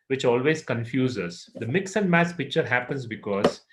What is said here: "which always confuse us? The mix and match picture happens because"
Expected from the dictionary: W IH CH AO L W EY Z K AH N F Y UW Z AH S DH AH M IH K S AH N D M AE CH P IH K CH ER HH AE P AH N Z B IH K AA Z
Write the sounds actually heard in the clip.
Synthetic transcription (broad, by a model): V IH CH AO L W EY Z K AH N F Y UW Z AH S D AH M IH K S AH N D M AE S P IH K CH ER HH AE P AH N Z B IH K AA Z